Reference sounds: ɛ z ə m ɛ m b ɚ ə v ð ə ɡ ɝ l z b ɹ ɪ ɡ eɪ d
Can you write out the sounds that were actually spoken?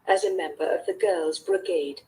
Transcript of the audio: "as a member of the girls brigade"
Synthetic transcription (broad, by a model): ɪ z ə m ɛ m b ɚ ə v ð ə ɡ ɝ l z b ɹ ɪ ɡ eɪ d